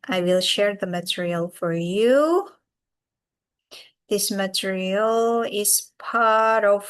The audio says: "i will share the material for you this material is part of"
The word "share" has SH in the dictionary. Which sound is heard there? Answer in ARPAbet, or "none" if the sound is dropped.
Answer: SH